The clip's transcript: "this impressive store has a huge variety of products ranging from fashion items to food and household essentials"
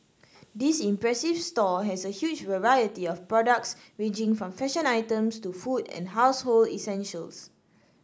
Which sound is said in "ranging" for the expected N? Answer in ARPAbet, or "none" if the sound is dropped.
none